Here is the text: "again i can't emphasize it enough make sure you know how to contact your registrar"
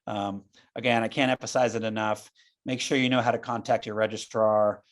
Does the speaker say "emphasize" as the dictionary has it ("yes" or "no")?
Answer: yes